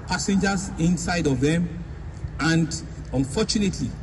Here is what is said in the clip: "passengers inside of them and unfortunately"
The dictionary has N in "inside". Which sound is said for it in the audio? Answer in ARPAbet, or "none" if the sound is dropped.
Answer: N